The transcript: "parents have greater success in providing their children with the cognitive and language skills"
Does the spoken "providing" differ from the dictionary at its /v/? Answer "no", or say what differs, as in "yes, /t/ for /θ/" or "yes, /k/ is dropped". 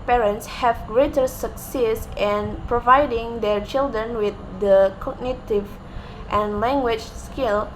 no